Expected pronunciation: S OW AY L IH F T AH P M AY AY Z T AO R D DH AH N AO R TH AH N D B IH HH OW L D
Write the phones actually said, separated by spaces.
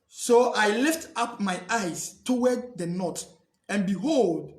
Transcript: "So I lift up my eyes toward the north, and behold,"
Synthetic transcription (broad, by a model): S OW AY L IH F T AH P M AY AY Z T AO W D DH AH N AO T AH N B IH HH OW L D